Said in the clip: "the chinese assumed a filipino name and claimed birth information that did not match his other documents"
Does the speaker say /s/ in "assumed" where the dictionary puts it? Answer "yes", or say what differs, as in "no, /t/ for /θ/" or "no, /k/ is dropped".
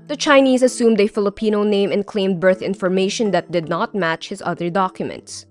yes